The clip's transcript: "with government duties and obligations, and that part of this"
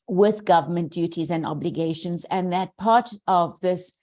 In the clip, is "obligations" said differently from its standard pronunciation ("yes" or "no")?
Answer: no